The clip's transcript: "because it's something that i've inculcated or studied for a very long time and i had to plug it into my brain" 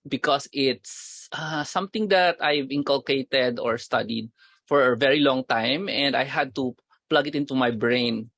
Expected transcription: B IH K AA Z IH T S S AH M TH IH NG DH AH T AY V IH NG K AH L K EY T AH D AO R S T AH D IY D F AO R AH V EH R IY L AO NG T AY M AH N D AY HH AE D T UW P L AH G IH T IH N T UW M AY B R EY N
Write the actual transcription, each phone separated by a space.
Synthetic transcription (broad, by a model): B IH K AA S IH T S S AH M T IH NG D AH T AY V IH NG K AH L K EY T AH D AO R S T AH D IY D F AO R AH V EH R IY L AO NG T AY M AH N D AY HH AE D T UW P L AH G IH T IH N T UW M AY B R EY N